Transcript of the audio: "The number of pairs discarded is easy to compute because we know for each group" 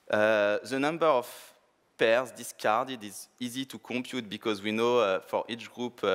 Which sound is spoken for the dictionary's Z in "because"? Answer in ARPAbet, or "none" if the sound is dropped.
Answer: Z